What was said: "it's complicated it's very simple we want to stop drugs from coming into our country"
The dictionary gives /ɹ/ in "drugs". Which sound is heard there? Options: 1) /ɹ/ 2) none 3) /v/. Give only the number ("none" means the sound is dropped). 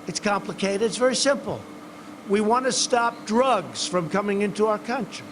1